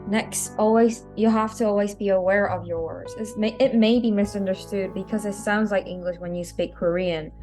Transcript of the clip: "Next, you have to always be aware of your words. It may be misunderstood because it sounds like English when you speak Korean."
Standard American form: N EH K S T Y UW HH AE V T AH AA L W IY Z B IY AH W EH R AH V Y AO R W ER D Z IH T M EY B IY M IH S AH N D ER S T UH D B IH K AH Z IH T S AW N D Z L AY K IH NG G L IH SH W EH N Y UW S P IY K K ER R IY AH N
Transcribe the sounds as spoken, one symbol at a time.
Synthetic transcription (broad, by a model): N EH K S T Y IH HH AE F T AH AA L W IY Z B IY AH W EH R AH V Y AO R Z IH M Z IH T M EY B IY M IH S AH N D ER S T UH D B IH K AH Z IH T S AW N D Z L AY K IH NG G L IH SH W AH N Y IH S P IY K K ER R IY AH N